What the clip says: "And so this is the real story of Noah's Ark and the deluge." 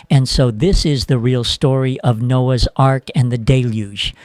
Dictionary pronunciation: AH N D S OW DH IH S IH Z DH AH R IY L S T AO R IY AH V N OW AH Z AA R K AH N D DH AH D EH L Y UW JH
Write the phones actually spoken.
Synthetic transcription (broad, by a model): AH N S OW DH IH S IH Z DH AH R IY L S T AO R IY AH V N OW AH Z AA R K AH N DH AH D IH L Y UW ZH